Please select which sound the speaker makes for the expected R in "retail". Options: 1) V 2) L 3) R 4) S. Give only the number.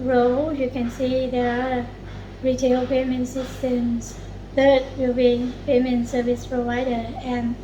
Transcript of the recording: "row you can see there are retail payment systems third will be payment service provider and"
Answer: 3